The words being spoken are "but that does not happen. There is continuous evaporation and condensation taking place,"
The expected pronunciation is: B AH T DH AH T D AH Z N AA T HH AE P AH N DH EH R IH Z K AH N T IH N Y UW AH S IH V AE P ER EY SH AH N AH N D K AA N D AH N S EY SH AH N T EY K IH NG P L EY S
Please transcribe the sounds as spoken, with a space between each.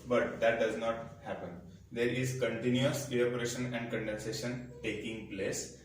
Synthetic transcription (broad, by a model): B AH T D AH T D AH Z N AA T HH AE P AH N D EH R IH Z K AH N T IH N Y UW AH S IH AE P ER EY SH AH N AH N D K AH N D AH N S EY SH AH N T EY K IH NG P L EY S